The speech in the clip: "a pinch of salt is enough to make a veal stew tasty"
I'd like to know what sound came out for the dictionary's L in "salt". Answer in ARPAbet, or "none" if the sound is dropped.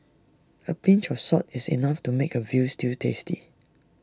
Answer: none